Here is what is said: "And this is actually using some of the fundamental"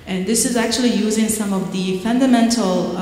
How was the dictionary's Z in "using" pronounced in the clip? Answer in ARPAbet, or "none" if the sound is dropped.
Z